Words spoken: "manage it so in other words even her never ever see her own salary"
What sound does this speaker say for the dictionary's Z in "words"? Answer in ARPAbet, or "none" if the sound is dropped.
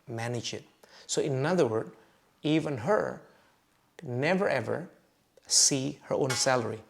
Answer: none